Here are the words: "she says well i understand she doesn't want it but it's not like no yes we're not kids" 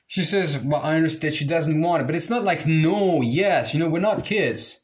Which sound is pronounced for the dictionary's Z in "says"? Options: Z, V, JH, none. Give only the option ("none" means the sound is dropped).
Z